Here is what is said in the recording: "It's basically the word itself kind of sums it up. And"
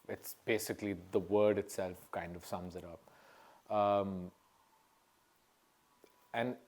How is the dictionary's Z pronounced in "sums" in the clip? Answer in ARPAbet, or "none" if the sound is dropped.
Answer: Z